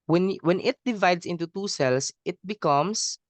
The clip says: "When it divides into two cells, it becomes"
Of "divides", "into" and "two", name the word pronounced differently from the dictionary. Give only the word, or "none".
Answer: divides